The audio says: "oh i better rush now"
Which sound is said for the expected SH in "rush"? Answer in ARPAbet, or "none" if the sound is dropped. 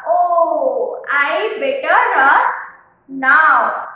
S